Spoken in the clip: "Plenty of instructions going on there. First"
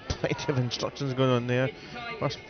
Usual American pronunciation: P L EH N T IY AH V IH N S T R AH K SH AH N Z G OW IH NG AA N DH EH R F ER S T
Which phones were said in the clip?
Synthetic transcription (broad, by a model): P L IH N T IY AH V IH N S T R AH K SH AH N Z G OW IH NG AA N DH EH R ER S